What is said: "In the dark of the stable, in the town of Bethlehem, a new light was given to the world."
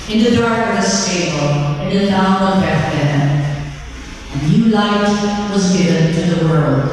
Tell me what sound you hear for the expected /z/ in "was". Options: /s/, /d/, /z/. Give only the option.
/z/